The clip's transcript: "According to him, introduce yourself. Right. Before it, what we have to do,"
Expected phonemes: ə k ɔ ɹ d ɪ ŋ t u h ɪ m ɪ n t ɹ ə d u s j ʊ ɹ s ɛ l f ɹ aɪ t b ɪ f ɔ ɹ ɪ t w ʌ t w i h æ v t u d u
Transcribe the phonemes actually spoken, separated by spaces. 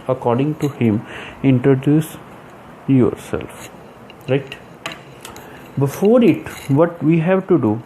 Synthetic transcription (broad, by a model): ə k ɔ ɹ d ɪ ŋ t u h ɪ m ɪ n t ɹ ə d u s j ʊ ɹ s ɛ l f ɹ aɪ t b ɪ f ɔ ɹ ɪ t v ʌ t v i h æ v t u d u